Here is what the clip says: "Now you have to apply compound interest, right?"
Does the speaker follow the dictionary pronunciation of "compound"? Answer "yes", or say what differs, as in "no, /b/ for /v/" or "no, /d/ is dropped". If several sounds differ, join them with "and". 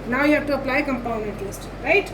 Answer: no, /d/ is dropped